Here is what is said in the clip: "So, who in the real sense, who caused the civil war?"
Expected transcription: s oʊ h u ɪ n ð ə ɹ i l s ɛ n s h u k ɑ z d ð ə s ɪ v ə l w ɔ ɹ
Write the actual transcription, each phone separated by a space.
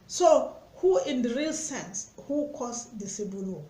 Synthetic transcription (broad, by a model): s oʊ h u ɪ n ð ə ɹ i l s ɛ n s h u k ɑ s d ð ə s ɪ b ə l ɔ